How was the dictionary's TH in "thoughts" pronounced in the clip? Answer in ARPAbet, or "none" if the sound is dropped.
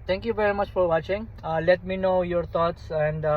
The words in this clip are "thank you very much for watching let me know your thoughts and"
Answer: T